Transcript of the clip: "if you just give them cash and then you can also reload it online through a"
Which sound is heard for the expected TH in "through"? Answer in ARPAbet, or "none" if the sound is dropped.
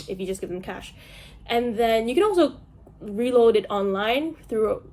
TH